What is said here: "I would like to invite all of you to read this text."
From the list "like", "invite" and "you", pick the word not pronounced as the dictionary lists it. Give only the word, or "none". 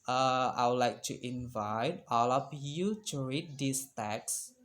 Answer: none